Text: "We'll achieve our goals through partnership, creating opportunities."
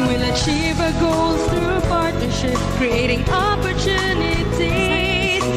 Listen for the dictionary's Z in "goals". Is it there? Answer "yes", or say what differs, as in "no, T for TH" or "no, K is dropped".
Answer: no, Z is dropped